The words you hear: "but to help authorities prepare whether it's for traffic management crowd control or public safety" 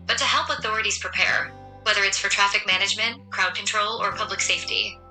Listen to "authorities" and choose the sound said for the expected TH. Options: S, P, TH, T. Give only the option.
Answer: TH